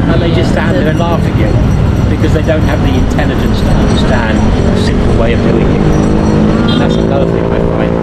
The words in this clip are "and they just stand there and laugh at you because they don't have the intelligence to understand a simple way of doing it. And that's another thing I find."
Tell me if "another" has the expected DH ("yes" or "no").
no